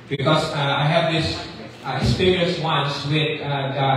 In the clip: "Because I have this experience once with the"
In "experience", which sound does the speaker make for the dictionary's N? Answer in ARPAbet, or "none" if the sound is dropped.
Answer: none